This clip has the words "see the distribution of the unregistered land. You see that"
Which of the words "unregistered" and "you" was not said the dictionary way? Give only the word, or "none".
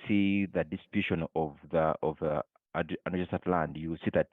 unregistered